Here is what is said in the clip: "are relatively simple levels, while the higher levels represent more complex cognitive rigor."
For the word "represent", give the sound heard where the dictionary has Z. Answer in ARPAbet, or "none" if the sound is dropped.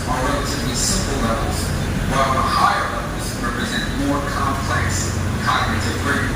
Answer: Z